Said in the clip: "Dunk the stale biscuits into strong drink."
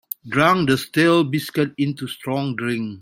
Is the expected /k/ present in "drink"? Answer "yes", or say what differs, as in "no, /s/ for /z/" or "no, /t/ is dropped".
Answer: no, /k/ is dropped